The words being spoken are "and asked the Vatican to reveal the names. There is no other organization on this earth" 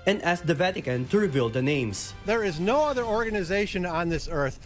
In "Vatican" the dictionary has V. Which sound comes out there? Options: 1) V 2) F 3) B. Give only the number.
1